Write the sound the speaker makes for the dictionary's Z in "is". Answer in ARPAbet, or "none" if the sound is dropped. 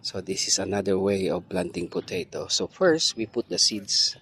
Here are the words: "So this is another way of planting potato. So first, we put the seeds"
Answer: S